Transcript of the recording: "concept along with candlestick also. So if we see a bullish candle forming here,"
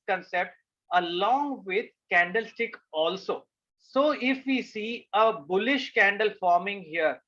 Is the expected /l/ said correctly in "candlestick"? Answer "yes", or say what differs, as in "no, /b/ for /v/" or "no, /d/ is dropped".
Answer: yes